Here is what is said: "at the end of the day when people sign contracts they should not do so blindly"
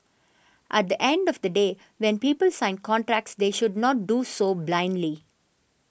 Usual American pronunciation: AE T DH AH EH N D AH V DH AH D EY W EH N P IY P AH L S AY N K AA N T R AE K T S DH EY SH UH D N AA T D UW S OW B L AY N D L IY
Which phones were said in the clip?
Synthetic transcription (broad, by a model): AE T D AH EH N D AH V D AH D EY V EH N P IY P AH L S AY N K AA N T R AE K T S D EY SH UH D N AA T D UW S OW B L AY N D L IY